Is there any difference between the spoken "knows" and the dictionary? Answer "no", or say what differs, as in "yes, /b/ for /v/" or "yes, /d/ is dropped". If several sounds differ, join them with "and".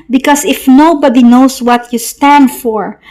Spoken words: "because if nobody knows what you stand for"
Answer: yes, /s/ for /z/